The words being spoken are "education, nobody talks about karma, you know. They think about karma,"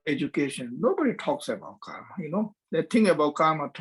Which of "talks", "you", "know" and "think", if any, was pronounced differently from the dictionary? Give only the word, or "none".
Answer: think